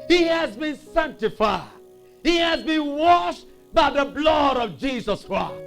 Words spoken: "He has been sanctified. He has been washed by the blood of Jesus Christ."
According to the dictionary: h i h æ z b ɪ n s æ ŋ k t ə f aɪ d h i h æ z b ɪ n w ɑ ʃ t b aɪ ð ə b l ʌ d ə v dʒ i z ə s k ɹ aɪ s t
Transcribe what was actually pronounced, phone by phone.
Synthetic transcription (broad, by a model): h i h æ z b ɪ n s æ ŋ k t ə f aɪ d h i h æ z b ɪ n w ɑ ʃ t b aɪ ð ə b l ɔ d ə v dʒ i z ə s k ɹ aɪ s